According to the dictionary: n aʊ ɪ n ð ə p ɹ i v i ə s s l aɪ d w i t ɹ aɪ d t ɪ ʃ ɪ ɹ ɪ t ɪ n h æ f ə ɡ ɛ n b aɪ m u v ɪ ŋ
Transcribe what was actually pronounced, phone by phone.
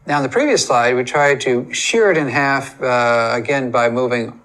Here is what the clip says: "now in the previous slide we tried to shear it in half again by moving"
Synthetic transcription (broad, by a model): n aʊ ɪ n ð ə p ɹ i v i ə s s l aɪ d w i t ɹ aɪ d t ɪ ʃ ɪ ɹ ɪ t ɪ n h æ f ə ɡ ɛ n b aɪ m u v ɪ ŋ